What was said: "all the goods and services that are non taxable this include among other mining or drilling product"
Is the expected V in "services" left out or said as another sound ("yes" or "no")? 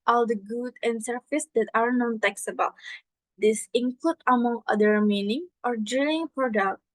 yes